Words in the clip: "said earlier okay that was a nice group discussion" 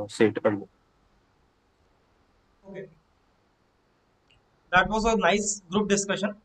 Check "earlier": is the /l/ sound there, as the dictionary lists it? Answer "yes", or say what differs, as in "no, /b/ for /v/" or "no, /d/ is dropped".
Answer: no, /n/ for /l/